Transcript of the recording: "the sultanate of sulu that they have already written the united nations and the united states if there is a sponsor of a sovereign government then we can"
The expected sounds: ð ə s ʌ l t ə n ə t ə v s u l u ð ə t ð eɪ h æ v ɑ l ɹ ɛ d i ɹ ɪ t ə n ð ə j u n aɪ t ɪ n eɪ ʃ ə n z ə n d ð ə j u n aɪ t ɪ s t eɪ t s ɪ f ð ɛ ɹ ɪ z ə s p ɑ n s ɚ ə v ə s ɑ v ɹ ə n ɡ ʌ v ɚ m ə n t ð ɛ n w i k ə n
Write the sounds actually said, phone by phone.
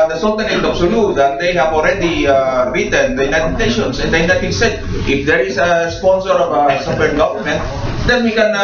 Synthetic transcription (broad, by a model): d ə s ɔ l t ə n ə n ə b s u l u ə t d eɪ h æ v ɑ l ɹ ɛ d i ɹ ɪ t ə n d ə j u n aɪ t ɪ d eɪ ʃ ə n s ə n d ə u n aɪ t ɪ s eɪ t ɪ f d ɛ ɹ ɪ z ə s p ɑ n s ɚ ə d ə s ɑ p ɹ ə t ɡ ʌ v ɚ m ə n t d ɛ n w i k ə n